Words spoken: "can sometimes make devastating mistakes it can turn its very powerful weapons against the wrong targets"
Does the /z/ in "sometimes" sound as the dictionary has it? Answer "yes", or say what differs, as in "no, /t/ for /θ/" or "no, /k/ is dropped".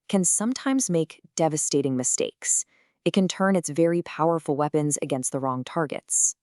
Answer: yes